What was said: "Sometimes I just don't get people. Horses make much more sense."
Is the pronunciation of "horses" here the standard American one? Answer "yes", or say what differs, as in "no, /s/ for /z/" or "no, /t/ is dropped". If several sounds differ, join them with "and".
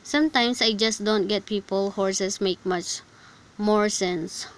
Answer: no, /s/ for /z/